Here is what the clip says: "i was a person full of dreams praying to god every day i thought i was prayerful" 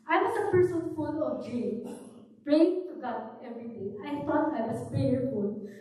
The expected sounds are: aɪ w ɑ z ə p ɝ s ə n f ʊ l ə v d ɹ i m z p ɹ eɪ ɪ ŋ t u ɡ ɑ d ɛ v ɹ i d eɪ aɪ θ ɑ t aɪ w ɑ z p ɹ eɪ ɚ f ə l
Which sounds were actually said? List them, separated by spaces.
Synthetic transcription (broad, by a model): aɪ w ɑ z ə p ɝ s ə n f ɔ n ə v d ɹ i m p ɹ eɪ ɪ ŋ t u ɡ ɑ d ɛ v ɹ i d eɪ aɪ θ ɑ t aɪ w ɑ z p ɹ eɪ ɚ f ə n